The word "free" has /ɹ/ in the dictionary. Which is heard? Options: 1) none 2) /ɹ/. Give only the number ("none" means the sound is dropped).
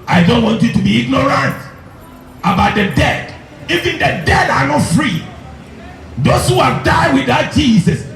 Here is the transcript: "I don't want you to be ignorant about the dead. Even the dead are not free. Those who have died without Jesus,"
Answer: 2